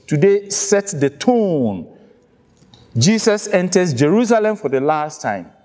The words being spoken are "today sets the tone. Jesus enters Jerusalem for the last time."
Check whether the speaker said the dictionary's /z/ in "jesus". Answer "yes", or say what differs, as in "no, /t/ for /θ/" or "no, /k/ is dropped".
no, /s/ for /z/